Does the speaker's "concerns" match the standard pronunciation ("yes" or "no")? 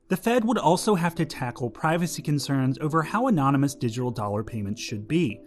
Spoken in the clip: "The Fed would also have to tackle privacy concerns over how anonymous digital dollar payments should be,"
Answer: yes